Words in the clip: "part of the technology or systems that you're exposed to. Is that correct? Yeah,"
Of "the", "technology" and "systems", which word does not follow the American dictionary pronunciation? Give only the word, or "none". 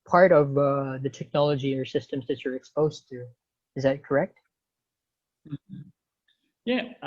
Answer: none